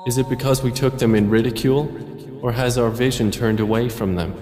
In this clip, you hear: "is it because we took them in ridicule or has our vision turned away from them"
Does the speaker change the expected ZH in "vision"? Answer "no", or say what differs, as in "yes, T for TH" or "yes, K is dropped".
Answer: no